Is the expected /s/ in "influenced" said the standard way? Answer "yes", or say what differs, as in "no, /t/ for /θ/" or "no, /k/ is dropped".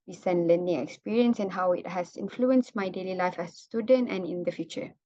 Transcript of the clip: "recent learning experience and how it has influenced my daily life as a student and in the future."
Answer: yes